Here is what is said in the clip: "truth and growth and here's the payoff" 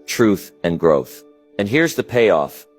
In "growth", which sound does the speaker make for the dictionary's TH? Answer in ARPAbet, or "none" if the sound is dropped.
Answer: TH